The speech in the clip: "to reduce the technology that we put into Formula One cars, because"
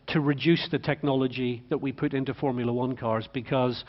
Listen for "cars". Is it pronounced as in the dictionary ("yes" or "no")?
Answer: yes